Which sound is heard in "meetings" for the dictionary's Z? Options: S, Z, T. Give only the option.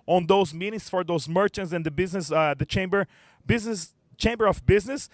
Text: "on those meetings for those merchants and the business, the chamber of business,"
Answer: S